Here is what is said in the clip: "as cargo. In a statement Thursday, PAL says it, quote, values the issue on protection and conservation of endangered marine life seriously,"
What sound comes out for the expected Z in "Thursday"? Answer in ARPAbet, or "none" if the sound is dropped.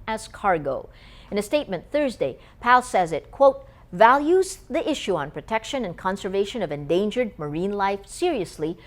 Z